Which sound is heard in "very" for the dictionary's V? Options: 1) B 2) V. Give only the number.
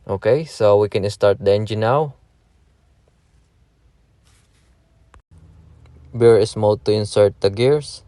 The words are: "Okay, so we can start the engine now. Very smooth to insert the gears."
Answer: 1